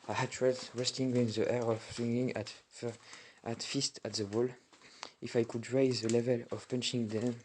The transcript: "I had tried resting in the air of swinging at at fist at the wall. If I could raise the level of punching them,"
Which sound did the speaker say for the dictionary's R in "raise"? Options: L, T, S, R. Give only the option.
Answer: R